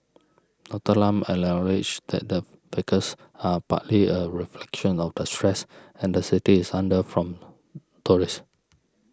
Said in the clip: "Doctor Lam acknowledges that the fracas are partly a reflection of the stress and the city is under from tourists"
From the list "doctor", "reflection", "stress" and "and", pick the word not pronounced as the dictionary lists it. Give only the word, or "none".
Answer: doctor